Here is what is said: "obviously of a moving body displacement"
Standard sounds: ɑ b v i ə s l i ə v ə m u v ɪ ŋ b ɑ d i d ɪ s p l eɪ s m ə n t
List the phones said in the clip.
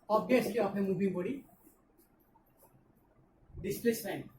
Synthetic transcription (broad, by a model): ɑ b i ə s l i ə p ə m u b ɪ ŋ b ɑ d i d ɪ s p l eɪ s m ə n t